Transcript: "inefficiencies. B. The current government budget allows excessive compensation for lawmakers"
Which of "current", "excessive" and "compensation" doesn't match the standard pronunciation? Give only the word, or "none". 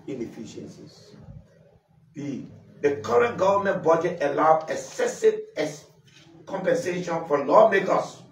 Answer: excessive